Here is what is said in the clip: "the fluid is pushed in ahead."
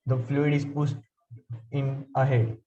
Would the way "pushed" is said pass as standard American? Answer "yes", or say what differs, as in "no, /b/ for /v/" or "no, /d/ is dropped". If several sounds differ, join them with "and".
no, /s/ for /ʃ/